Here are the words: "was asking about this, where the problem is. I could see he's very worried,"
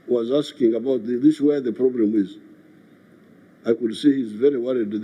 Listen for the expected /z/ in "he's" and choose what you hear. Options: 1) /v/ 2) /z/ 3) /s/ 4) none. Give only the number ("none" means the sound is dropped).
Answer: 2